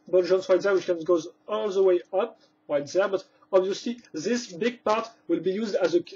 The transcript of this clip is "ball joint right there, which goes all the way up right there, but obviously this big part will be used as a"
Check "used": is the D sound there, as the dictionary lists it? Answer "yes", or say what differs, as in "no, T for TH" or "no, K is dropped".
yes